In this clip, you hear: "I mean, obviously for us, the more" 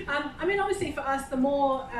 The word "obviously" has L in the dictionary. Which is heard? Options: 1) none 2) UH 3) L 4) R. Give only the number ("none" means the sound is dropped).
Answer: 3